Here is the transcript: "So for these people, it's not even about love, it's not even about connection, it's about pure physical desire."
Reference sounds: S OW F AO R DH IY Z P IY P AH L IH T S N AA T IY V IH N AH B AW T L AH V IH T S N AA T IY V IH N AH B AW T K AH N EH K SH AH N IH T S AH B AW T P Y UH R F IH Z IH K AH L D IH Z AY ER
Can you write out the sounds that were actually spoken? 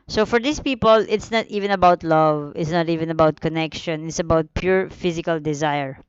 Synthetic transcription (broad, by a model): S OW F AO R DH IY S P IY P AH L IH T S N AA T IY V IH N AH B AW T L AH V IH T S N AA T IY V IH N AH B AW T K AH N EH K SH AH N IH T S AH B AW T P Y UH R F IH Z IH K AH L D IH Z AY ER